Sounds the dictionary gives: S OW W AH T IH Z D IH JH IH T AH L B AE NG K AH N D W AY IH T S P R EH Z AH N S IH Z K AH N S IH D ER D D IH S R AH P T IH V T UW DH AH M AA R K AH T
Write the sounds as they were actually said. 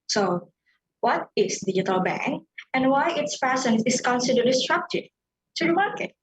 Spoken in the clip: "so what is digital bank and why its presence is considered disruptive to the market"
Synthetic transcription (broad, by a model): S OW W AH T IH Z D IH JH IH T AH L B AE NG K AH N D W AY IH T S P EH S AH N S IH S K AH N S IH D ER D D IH S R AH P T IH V T UW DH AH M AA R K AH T